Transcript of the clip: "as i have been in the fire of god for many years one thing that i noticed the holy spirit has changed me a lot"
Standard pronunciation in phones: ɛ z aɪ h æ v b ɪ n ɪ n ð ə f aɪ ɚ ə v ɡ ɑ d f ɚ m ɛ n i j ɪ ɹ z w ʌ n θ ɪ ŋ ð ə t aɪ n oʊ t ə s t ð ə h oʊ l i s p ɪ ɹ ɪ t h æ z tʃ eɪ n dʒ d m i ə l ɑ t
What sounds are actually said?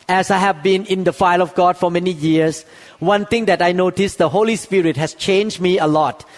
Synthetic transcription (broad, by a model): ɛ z aɪ h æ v b ɪ n ɪ n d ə f aɪ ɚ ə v ɡ ɑ d f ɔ m ɛ n i j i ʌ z w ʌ n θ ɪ ŋ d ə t aɪ n oʊ t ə s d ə h oʊ l i s p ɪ ɹ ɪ t h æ s tʃ eɪ n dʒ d m i ə l ɑ t